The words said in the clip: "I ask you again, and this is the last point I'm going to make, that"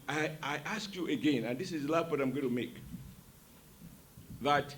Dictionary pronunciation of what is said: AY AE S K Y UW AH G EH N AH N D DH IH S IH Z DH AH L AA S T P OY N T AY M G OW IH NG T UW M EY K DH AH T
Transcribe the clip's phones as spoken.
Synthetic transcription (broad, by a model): AY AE S K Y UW AH G EH N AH N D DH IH S IH Z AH L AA T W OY T AY M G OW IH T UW M EY K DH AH T